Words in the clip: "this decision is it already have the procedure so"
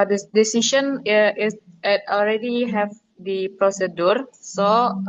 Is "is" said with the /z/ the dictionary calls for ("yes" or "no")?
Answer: no